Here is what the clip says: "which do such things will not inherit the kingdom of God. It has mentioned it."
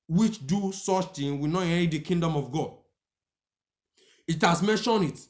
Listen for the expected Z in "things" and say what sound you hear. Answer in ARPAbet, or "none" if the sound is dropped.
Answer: none